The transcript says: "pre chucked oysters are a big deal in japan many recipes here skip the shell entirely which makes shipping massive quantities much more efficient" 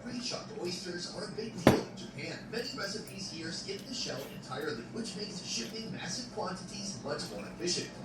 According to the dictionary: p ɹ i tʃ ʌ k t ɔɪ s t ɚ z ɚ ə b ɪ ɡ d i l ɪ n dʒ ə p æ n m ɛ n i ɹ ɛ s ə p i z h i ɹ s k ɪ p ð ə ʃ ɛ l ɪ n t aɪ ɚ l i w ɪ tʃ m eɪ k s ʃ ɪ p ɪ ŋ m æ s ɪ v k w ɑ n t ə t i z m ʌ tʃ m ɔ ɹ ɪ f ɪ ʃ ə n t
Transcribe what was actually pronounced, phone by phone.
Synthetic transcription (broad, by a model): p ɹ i ʃ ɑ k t ɔɪ s t ɚ z ɚ ə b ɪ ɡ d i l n dʒ ə p æ n m ɛ n i ɹ ɛ s ə p i z h i ɹ s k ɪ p ð ə ʃ ɛ l ɪ n t aɪ ɚ l i w ɪ tʃ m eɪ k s ʃ ɪ p ɪ ŋ m æ s ɪ v k w ɑ n t ə t i z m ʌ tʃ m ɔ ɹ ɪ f ɪ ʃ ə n